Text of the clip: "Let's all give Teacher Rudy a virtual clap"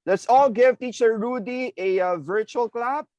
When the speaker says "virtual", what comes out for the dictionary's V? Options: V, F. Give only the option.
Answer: V